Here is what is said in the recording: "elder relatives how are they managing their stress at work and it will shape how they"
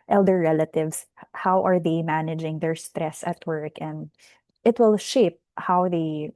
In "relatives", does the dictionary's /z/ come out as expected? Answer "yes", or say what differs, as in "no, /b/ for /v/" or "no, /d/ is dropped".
no, /s/ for /z/